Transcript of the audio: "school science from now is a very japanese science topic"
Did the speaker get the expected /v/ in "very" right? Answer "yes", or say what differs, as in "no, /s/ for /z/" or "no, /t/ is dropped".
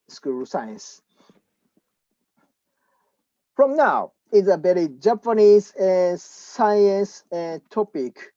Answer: no, /b/ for /v/